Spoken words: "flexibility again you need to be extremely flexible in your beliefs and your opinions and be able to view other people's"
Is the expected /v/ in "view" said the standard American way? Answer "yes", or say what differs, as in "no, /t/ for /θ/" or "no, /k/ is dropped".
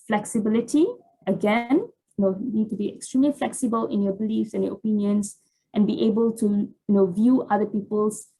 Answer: yes